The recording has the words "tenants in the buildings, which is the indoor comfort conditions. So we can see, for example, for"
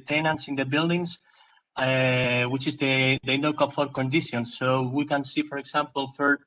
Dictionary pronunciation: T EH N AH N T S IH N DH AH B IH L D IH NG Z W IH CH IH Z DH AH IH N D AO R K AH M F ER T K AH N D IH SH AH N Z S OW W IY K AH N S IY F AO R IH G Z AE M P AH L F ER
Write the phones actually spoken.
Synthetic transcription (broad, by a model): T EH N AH N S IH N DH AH B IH L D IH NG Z W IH CH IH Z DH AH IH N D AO L K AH F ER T K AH N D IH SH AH N S OW W IY K AH N S IY F AO R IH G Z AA M P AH L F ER